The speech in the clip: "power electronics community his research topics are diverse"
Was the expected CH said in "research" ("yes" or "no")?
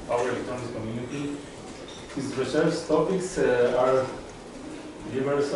no